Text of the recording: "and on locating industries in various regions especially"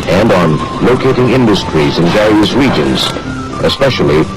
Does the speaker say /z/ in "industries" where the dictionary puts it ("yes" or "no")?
yes